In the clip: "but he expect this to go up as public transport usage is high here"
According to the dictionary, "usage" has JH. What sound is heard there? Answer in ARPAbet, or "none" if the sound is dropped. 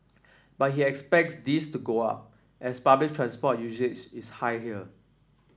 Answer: CH